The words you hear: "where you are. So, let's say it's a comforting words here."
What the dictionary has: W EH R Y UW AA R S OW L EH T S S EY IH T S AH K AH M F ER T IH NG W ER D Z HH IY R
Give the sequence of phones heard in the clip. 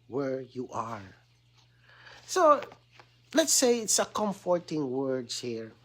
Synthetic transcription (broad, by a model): W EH R Y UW AA R S OW L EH T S S EY IH T S AH K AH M F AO T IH NG W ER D HH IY R